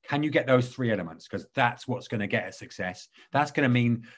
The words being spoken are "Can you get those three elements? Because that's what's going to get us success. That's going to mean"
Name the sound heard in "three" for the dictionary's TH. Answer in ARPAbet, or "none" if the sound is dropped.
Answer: TH